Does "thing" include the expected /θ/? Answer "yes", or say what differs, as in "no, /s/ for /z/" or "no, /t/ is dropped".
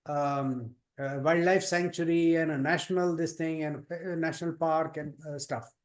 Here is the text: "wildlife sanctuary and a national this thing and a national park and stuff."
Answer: no, /t/ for /θ/